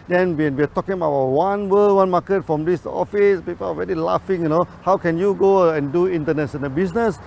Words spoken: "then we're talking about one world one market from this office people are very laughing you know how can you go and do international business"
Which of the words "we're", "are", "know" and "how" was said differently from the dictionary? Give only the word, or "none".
we're